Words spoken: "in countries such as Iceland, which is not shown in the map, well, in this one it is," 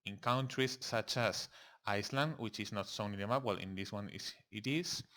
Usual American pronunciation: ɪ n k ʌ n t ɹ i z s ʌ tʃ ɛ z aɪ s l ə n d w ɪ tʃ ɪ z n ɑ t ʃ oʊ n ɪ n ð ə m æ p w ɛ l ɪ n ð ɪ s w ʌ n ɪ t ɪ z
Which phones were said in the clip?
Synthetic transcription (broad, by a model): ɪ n k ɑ n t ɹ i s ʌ tʃ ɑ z aɪ s l ə n d w ɪ tʃ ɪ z n ɑ t s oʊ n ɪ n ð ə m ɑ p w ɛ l ɪ n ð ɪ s w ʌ n ɪ t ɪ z